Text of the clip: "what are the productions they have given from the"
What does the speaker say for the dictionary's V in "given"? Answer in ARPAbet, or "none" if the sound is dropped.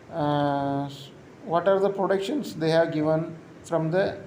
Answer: V